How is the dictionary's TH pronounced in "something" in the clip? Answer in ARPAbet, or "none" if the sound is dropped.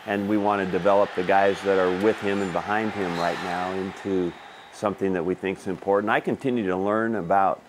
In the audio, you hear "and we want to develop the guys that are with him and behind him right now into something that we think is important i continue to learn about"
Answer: TH